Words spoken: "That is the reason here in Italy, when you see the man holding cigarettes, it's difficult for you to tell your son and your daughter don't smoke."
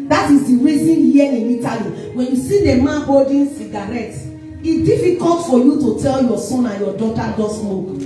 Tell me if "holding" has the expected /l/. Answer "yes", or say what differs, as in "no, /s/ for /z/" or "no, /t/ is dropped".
no, /l/ is dropped